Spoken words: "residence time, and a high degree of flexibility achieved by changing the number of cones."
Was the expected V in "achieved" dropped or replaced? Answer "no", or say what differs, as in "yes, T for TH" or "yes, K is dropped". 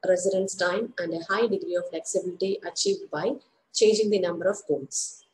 no